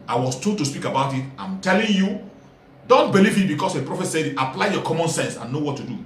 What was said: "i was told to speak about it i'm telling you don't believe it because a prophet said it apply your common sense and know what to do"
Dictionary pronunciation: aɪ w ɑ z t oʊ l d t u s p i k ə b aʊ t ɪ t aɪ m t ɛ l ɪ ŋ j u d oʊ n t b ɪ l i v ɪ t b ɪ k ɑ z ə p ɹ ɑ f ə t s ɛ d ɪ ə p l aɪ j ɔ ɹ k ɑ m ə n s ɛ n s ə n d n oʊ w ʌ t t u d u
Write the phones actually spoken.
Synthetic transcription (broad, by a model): aɪ w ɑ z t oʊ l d t u s p i k ə b aʊ t ɪ t aɪ m t ɛ l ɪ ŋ j u d oʊ n t b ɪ l i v ɪ t b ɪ k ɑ s ə p ɹ ɑ f ə t s ɛ d ɪ p l aɪ j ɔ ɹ k ɑ m ə n s ɛ n s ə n n oʊ w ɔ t t u d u